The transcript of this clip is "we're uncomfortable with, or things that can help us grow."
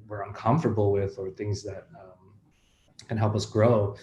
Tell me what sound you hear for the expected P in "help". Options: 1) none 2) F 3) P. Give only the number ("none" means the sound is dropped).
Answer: 3